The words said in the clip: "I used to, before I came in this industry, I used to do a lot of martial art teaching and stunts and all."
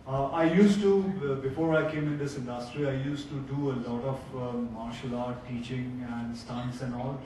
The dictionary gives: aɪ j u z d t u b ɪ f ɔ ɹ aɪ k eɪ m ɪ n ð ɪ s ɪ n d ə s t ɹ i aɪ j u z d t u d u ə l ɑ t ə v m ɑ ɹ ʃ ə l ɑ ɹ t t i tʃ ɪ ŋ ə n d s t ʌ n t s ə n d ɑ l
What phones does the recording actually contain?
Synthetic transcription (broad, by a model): aɪ j u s t u b ɪ f ɔ ɹ aɪ k eɪ m ɪ n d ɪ s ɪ n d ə s t ɹ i aɪ j u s t u d u ə l ɑ t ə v m ɑ ɹ ʃ ə l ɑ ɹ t t i tʃ ɪ ŋ ə n d s t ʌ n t s ə n d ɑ l